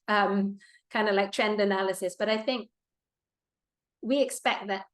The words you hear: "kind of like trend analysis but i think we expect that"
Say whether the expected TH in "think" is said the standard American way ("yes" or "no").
yes